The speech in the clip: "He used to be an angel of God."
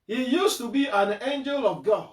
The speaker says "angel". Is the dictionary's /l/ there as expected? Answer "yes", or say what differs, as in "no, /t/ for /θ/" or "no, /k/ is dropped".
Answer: yes